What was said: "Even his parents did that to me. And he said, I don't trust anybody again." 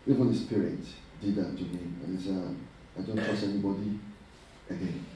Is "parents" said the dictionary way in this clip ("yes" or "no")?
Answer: no